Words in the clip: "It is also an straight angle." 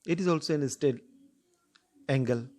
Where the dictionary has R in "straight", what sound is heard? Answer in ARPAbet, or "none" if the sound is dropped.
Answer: none